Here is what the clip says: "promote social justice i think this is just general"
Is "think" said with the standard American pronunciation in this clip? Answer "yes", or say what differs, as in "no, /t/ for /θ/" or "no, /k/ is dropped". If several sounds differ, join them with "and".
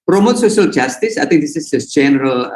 no, /t/ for /θ/